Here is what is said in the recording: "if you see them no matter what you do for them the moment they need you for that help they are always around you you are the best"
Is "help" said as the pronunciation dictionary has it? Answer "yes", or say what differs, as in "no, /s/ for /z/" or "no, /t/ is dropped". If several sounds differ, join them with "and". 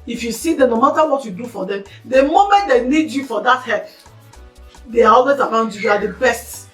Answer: no, /l/ is dropped